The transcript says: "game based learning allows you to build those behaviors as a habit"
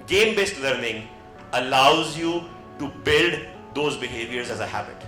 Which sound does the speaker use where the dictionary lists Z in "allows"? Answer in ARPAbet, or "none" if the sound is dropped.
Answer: Z